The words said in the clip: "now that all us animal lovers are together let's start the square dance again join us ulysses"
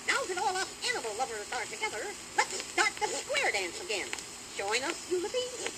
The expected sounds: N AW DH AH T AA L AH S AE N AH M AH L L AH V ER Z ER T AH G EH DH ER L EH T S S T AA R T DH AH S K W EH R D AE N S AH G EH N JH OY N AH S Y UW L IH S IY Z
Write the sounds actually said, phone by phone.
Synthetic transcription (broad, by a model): N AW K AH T AA L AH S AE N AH M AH L L AH V ER Z ER T AH G EH DH ER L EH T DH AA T DH AH S K W EH R D AE N S AH G EH N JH OY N AH S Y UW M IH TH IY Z